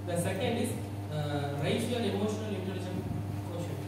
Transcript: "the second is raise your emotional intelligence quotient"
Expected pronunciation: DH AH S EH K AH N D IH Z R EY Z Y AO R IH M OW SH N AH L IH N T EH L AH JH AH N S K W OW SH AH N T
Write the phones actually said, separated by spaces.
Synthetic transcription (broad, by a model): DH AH S EH K AH N D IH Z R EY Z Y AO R IH M OW SH N AH L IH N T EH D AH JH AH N K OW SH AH